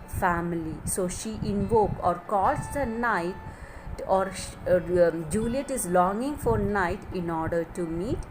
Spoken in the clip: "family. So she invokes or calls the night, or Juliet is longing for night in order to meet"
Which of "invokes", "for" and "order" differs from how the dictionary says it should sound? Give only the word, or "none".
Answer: invokes